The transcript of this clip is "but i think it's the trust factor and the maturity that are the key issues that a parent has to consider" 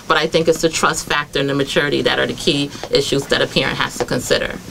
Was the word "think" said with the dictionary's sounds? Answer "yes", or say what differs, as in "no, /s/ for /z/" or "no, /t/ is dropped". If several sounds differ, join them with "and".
yes